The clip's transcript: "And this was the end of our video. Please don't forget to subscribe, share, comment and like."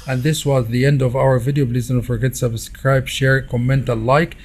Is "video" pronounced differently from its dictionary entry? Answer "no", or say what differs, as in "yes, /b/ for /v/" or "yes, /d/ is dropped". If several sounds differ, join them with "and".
no